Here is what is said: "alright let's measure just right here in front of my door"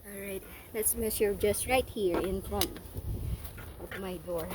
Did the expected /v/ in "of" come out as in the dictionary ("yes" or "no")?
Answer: no